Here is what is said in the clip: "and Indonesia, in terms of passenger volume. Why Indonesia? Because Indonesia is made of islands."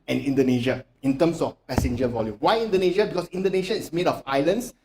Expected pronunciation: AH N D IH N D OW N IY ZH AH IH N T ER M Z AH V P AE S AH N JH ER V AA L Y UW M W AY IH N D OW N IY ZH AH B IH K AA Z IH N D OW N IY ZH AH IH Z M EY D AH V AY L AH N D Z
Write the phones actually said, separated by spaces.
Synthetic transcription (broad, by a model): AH N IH N D OW N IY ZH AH IH N T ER M S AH F P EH S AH N JH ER V AA L Y UW M W AY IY N D OW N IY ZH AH B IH K AA S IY N D OW N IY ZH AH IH S M EY D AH F AY L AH N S